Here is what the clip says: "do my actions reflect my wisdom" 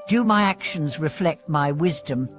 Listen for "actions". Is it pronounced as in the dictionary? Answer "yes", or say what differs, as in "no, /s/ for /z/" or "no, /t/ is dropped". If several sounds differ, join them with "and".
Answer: yes